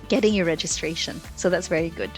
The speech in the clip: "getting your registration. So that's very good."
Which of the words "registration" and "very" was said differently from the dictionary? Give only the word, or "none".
none